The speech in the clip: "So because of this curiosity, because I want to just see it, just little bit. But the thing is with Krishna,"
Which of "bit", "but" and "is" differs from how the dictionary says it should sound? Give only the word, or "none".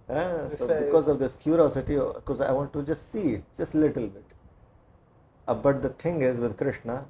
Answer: none